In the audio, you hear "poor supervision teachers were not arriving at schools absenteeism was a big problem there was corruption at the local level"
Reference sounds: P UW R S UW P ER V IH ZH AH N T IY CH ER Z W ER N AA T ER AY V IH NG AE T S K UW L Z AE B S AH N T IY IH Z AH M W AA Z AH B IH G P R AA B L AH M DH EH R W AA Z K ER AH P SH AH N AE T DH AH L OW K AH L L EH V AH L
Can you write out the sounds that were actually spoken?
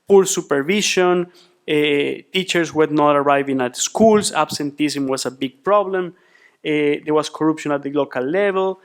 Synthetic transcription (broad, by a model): P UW R S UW P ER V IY SH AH N T IY CH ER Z W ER N AA T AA AY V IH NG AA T S K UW L S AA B S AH N T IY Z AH M W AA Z AH B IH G P R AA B L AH M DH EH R W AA S K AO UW P SH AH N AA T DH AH L OW K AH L L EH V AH L